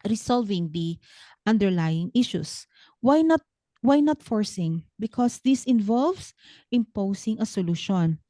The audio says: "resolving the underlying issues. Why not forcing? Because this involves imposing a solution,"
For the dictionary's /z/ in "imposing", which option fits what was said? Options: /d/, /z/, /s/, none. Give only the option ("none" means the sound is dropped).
/s/